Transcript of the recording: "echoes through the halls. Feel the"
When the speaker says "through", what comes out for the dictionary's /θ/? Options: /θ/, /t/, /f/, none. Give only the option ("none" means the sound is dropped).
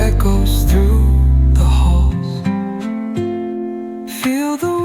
/θ/